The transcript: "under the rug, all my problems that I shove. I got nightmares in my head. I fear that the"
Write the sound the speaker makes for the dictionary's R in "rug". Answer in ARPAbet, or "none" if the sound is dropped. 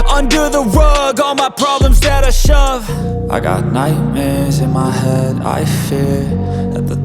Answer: W